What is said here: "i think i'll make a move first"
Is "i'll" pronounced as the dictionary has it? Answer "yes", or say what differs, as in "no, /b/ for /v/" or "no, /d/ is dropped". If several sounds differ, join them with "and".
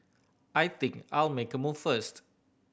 yes